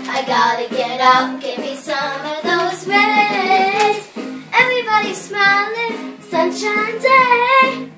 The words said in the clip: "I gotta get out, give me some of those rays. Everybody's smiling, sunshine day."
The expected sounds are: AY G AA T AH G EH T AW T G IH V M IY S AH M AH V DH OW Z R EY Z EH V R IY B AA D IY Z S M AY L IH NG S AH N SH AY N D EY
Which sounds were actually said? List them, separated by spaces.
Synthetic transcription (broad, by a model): AY G AA T AH G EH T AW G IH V M IY S AH M AH V DH OW Z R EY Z EH V R IY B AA D IY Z S M AY L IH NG S AH N SH AY N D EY